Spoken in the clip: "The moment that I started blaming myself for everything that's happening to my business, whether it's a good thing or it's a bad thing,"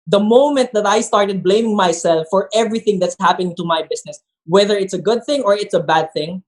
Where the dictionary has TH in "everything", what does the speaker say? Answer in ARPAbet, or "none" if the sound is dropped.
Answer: TH